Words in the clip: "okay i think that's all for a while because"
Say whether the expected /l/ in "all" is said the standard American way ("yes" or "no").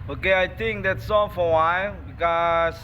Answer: no